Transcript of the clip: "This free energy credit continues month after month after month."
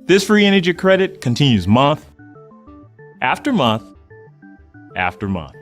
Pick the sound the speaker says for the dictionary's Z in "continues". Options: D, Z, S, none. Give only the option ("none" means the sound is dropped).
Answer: Z